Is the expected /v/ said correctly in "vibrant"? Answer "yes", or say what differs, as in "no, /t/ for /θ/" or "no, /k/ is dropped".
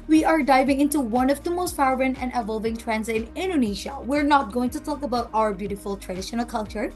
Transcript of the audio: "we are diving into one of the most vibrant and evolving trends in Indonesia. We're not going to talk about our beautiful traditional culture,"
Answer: no, /f/ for /v/